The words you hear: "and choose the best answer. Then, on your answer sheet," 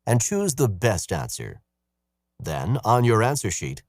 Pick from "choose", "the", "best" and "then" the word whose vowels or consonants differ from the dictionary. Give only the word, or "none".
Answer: none